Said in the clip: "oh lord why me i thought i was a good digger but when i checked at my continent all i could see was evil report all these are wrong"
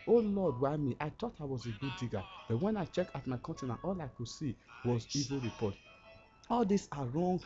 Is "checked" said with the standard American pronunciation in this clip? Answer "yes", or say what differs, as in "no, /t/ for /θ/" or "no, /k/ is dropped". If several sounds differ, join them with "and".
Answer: no, /t/ is dropped